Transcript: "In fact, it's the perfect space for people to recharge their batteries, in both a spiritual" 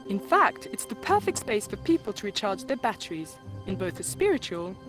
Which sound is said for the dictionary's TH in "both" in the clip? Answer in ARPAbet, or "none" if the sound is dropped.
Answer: TH